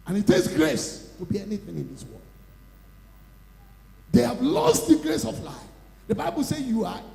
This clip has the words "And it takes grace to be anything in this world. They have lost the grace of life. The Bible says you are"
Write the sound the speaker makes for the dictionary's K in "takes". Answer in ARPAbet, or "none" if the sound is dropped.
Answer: none